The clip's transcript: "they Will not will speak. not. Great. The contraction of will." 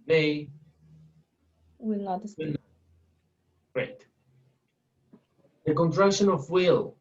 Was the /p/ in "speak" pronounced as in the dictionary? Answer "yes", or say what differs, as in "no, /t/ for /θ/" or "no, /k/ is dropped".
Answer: no, /p/ is dropped